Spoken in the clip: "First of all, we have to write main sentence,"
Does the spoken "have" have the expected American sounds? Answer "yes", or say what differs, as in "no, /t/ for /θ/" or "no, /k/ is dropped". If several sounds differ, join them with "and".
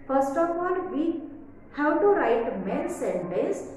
no, /w/ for /v/